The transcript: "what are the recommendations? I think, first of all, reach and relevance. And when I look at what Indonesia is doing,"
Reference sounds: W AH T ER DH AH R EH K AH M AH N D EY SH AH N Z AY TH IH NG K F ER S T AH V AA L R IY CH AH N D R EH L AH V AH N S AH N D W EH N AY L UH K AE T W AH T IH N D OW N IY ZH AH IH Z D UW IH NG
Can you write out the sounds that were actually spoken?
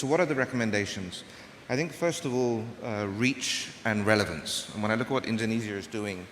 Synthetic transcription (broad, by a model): W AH T ER DH AH R EH K AH M AH N D EY SH AH N Z AY TH IH NG K F ER S T AH V AA L R IY CH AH N R EH L AH V AH N S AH N W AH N AY L UH K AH T W AH T IH N D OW N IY Z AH IH Z D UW IH NG